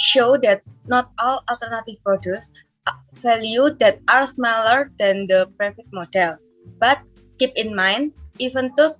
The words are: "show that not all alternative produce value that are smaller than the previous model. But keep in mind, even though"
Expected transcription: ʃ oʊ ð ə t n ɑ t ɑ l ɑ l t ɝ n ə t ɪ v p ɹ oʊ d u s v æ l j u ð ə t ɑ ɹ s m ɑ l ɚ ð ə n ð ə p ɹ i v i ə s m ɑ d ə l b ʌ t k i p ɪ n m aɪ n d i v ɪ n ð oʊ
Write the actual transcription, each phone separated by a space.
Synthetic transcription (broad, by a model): ʃ oʊ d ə t n ɑ t ɑ l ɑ l t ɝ n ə t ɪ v p ɹ oʊ d u s f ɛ l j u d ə t ɑ ɹ s m ɑ l ɚ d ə n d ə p ɹ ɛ f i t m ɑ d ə l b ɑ t k i p ɪ n m aɪ n d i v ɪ n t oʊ